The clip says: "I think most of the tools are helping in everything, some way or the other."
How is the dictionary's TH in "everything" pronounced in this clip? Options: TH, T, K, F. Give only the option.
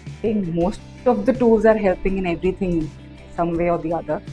T